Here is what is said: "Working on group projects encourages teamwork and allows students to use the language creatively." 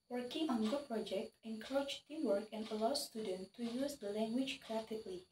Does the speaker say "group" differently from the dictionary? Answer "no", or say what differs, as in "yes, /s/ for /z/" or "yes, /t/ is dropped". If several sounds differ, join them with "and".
yes, /ɹ/ is dropped